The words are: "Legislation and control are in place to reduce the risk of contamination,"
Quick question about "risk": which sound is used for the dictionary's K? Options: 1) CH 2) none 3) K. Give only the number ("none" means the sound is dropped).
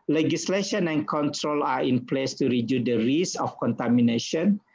2